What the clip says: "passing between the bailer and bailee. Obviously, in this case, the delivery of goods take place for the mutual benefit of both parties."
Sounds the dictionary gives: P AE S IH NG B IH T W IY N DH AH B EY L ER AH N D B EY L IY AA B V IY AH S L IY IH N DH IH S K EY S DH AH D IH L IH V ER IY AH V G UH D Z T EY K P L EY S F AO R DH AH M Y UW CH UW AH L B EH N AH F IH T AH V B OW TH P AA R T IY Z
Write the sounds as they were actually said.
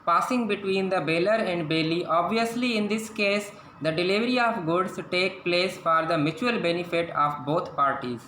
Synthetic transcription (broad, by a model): P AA S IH NG B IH T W IY N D AH B EY L ER AH N D B EY L IY AA B V IY AH S L IY IH N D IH S K EY S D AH D IH L IH V ER IY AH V G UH D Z T EY K P L EY S F AO R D AH M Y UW CH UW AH L B EH N AH F IH T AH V B OW T P AA R T IY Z